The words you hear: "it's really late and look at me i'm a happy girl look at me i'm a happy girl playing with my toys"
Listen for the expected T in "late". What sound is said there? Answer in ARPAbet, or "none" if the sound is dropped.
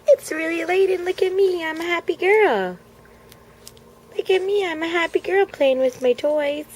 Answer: T